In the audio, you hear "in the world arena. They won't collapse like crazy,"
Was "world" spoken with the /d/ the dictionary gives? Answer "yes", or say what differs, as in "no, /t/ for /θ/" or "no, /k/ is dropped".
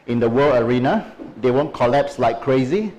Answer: no, /d/ is dropped